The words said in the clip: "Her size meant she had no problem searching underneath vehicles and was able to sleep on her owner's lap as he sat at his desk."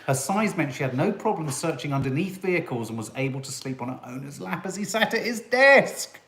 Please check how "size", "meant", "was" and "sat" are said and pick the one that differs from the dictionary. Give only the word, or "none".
none